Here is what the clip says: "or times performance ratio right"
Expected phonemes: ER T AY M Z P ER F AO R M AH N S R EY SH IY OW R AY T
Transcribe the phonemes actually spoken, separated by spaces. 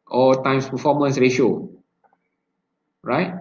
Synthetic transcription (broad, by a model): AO T AY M S P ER F AO M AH N S R EY SH IY OW R AY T